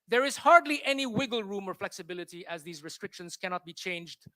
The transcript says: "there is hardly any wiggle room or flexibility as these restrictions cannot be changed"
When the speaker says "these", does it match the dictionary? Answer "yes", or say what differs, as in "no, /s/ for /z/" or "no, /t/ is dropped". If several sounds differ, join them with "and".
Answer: yes